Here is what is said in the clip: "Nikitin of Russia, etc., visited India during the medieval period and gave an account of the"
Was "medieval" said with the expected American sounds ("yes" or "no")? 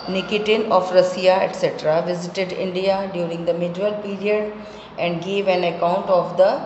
no